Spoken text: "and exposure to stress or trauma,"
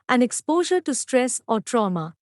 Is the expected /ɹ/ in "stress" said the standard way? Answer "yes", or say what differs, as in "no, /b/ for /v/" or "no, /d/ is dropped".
yes